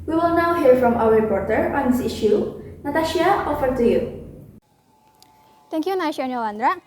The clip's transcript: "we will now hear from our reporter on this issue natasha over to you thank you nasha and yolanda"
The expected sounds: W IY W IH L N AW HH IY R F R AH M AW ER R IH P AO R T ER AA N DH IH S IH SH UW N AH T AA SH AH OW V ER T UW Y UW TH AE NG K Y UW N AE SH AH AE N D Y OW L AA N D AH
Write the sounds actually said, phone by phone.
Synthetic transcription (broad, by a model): W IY W IH L N AW HH IY R F R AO M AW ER R IH P AO R T ER AA N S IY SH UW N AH T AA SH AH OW F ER T UW Y UW T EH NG K Y UW N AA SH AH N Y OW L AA N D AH